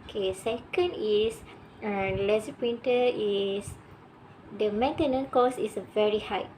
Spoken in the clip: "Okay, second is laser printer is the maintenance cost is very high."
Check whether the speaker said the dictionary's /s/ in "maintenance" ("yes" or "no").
no